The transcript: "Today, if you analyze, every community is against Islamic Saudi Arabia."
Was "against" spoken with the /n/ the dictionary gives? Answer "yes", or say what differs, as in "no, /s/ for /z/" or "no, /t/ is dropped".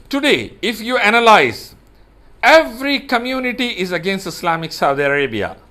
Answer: yes